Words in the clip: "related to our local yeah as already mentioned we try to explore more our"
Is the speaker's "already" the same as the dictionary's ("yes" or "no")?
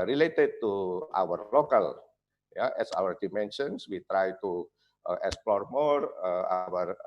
no